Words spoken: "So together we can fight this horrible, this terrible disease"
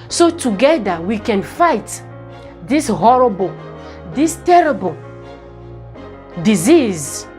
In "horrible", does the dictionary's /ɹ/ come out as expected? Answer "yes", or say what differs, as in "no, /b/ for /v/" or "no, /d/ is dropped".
yes